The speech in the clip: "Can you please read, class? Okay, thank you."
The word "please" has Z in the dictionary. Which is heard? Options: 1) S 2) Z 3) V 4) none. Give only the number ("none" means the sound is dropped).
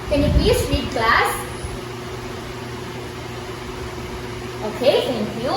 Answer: 1